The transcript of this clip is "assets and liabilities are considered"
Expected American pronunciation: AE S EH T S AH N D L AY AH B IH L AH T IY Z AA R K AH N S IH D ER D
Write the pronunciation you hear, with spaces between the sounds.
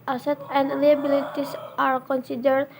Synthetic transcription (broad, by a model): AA S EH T AH N D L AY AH B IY L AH T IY S AA R K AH N S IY D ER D